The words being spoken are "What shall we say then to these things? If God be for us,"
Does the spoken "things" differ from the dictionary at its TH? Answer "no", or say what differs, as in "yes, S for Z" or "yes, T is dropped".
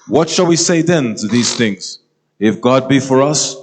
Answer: no